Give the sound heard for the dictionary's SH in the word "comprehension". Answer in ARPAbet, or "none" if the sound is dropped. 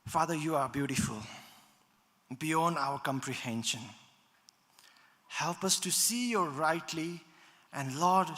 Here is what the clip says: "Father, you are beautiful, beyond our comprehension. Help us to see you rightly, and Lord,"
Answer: SH